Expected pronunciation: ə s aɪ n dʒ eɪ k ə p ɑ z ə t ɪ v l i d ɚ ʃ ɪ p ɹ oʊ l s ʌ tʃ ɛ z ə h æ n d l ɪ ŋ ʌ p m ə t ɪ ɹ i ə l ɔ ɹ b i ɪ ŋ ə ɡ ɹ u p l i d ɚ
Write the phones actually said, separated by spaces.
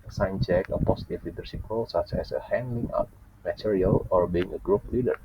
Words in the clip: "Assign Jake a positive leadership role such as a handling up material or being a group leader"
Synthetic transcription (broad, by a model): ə s aɪ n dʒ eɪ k ə p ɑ s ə t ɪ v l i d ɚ s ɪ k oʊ l s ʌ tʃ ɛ s ə h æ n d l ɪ ŋ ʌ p m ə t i ɹ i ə l ɔ ɹ b i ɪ ŋ ə ɡ ɹ u p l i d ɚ